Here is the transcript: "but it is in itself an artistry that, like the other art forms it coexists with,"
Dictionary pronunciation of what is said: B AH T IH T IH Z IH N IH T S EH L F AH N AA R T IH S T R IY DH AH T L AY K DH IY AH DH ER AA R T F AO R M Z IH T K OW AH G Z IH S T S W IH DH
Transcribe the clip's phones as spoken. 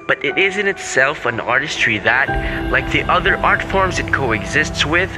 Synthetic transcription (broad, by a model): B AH T IH T IH Z IH N IH T S EH L F AH N AA R T IH S T R IY DH AH T L AY K DH IY AH DH ER AA R T F AO R M Z IH T K OW AH G Z IH S T S W IH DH